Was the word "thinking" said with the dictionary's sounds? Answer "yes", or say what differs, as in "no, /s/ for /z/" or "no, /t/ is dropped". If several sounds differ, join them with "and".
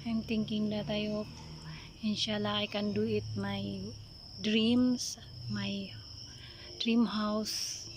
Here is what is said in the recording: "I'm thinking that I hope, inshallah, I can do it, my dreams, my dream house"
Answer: no, /t/ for /θ/